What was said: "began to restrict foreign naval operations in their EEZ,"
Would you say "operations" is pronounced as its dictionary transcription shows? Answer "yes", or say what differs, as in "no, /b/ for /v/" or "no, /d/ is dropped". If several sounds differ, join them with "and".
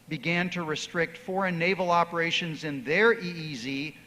yes